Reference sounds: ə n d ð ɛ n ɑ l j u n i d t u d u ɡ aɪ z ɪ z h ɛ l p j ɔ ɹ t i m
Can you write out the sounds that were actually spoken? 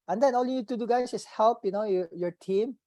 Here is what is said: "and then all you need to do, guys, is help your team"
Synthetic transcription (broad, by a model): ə n d ɛ n ɑ l j u n i d t u d u ɡ aɪ s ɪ s h ɛ l p j ɔ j t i m